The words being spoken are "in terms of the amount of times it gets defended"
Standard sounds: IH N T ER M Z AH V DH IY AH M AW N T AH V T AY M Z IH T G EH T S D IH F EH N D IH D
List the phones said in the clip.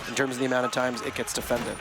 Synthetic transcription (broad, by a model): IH N T ER M Z AH V DH IY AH M AW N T AH V T AY M Z IH T G EH T S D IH F EH N D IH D